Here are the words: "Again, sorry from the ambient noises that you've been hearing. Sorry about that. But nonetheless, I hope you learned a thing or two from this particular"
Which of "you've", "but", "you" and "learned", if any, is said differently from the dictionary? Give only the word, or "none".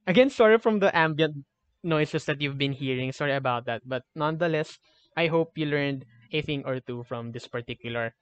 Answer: none